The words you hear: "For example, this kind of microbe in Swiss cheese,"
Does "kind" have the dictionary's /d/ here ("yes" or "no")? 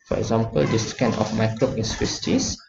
no